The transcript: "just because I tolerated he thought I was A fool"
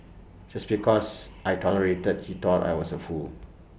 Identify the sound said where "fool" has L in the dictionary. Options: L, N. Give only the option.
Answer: L